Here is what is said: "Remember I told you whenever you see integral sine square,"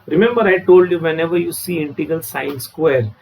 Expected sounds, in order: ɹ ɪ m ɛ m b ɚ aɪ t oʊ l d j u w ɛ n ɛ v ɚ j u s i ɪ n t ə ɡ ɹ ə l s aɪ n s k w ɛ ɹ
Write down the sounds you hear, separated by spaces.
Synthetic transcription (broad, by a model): ɹ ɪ m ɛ m b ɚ aɪ t oʊ l d j u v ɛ n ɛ v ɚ j u s i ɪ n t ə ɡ ə l s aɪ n s k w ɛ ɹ